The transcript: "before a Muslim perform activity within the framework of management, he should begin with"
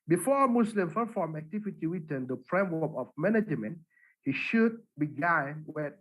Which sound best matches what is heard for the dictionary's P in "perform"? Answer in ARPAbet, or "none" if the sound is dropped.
F